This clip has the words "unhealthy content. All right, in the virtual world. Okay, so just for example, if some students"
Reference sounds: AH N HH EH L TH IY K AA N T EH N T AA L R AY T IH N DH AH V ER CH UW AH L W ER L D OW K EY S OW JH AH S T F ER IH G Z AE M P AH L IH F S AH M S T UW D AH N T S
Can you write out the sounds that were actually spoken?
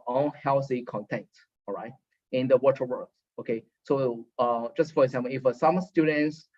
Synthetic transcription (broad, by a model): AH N HH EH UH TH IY K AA N T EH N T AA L R AY T IH N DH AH W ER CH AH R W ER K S OW K EY S OW JH AH S T F ER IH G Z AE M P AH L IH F S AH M S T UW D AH N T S